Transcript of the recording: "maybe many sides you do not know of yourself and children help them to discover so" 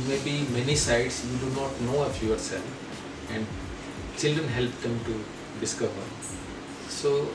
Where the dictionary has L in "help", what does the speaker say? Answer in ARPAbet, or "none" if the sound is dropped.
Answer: L